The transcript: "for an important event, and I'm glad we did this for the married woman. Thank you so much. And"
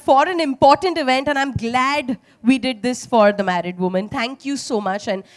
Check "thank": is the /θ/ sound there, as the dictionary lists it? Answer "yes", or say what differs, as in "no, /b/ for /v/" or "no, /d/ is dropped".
no, /t/ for /θ/